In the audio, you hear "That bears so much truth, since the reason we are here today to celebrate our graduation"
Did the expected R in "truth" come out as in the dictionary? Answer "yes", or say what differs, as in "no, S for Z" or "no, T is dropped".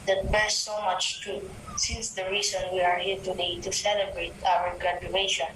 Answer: no, R is dropped